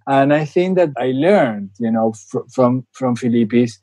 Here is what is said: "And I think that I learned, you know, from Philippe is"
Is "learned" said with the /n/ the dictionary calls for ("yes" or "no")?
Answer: yes